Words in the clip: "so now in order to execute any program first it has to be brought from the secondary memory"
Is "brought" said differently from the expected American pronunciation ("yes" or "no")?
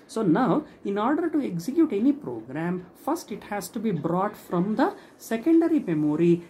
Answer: no